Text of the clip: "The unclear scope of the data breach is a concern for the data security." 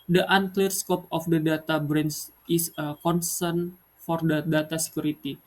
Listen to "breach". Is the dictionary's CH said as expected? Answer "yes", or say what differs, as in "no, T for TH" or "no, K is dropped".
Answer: no, S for CH